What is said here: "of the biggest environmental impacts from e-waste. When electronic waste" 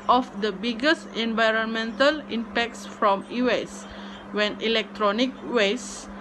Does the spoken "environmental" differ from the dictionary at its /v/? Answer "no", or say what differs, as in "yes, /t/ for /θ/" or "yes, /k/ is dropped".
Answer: no